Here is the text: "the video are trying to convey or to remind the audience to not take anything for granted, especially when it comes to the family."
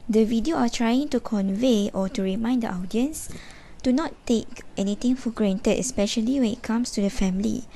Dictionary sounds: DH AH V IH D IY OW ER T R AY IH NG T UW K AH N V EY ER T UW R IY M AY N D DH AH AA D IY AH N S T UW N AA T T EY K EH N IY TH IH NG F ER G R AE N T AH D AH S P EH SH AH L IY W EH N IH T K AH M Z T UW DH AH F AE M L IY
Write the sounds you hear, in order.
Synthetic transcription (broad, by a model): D AH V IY D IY OW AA T R AY IH NG T UW K AH N V EY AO T UW R IY M AY N D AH AA D IY AH N S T UW N AA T T EY K EH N IY T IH NG F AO G R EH N T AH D AH S P EH SH AH L IY W EH N IH T K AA M S T UW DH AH F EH M L IY